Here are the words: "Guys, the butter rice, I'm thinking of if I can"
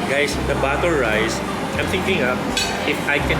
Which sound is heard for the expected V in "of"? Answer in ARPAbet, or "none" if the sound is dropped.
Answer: P